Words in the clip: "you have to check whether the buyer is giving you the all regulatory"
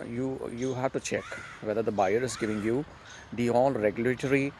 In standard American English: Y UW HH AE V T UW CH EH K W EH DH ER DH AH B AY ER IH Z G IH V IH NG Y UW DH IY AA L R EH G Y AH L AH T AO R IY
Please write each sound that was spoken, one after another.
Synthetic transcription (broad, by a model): Y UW HH AE V T UW CH EH K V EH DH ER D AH B AY ER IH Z G IH V IH NG Y UW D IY AA L R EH G Y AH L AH T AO R IY